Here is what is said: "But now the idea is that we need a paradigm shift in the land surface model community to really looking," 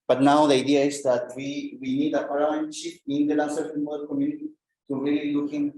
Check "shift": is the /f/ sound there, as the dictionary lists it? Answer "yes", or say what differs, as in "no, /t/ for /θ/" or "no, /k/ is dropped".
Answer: no, /f/ is dropped